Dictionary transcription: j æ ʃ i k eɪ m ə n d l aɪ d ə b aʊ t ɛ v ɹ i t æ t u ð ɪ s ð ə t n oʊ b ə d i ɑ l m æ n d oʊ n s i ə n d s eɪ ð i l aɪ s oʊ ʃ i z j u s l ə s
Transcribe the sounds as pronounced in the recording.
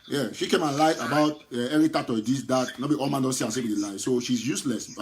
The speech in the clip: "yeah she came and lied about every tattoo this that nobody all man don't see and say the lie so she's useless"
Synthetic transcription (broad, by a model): j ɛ ʃ i k eɪ m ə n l aɪ ə b aʊ t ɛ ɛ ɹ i t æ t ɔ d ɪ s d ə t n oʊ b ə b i ɑ l m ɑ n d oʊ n s i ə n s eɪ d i l aɪ s oʊ ʃ i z j u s l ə s